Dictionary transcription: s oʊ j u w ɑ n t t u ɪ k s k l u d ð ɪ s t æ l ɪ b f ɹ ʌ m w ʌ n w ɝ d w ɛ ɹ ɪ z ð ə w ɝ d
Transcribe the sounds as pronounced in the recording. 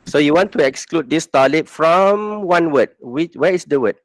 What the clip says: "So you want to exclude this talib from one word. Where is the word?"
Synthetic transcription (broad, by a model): s oʊ j u w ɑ n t t u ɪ k s k l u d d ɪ s t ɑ l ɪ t f ɹ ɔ m w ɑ n w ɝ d w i w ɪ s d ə w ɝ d